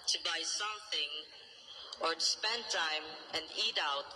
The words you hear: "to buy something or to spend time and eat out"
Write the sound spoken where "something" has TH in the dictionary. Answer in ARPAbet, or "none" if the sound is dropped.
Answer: TH